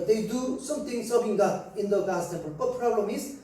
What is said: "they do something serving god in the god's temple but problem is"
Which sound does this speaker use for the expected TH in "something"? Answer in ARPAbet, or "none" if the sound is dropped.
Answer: T